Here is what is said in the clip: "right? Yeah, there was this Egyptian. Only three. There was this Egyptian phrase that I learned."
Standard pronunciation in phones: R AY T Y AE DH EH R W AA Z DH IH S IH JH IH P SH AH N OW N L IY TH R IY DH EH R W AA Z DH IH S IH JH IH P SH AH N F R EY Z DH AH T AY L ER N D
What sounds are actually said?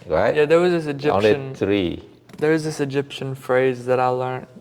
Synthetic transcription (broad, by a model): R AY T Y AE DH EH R W AA Z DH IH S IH JH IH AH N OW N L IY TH R IY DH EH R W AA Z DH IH S IH JH IH P SH AH N F R EY Z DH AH T AY L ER N